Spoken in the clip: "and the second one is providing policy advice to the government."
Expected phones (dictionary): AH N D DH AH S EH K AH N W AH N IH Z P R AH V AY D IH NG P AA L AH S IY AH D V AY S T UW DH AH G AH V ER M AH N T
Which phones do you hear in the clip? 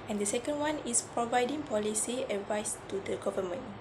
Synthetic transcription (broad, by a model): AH N D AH S EH K AH N W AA N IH S P R AH V AY D IH NG P AA L AH S IY AH D V AY S T UW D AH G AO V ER M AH N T